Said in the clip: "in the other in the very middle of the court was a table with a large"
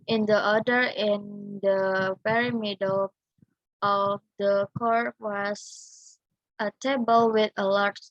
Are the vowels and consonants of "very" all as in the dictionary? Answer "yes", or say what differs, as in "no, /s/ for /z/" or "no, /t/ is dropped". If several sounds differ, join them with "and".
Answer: no, /p/ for /v/